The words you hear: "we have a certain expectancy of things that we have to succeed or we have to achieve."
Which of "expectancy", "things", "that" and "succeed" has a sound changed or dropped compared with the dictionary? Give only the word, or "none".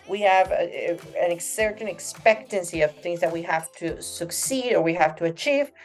none